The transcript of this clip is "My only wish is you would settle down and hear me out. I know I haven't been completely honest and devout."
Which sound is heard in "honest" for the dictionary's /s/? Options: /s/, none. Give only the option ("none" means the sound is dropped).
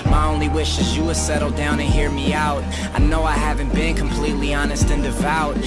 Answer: /s/